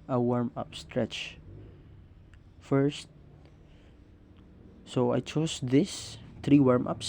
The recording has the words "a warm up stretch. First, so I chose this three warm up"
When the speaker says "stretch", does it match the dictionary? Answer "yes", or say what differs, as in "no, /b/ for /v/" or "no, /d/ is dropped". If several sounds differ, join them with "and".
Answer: yes